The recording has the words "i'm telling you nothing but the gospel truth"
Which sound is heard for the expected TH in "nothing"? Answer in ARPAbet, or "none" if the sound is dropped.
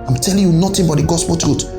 T